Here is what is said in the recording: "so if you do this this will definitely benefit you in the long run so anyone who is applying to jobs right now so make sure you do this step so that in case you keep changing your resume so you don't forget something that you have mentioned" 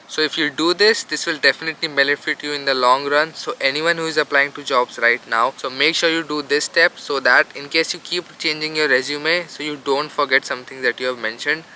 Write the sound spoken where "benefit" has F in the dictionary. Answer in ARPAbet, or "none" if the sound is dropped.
F